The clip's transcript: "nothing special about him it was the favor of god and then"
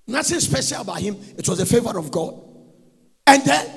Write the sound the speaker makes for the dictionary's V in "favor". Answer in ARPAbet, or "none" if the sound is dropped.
V